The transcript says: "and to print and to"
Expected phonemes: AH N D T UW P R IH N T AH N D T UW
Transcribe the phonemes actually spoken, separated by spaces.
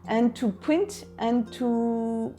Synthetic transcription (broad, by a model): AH N T UW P IH N T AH N T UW